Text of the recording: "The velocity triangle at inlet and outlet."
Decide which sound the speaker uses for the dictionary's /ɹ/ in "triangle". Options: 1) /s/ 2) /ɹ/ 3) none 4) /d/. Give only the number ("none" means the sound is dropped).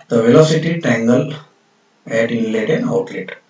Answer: 3